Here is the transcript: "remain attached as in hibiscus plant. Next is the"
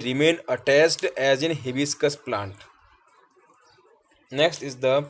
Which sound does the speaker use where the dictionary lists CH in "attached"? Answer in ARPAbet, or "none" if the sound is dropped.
S